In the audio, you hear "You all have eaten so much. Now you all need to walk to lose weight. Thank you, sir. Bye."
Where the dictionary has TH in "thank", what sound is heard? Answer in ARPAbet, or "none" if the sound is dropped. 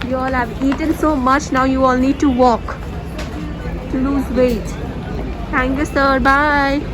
T